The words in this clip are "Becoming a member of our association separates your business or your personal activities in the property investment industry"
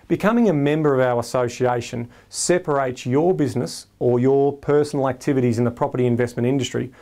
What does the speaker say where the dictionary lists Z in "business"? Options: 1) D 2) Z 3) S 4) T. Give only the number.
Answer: 2